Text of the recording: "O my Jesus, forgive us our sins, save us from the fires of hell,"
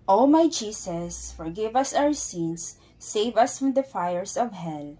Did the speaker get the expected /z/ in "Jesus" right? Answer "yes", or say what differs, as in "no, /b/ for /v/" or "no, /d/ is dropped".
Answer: no, /s/ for /z/